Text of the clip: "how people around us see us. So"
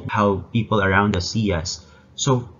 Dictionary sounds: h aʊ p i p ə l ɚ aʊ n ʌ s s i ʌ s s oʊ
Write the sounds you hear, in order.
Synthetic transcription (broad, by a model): h aʊ p i p l ɚ aʊ n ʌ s s i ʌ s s oʊ